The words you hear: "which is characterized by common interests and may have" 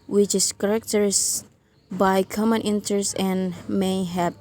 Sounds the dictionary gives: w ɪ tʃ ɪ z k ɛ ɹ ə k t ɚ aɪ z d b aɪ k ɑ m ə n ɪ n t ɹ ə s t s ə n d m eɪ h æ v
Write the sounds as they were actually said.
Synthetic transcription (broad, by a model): w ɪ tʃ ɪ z k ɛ ɹ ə k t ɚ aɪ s b aɪ k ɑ m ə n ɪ n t ə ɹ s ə n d m eɪ h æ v